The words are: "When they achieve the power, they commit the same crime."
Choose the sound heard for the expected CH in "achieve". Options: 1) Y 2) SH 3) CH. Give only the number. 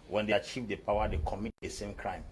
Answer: 3